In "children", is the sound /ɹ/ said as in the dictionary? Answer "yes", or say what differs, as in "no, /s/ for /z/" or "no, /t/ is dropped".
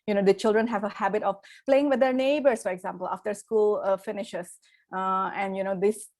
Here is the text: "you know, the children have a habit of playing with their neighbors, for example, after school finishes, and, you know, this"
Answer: yes